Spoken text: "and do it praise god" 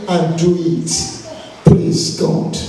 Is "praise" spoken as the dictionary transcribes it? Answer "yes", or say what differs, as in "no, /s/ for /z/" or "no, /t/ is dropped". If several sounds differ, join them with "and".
no, /l/ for /ɹ/